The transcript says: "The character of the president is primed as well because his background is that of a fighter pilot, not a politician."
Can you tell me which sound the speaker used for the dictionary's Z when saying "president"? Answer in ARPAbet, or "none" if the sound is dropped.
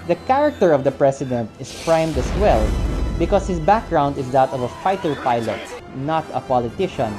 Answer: S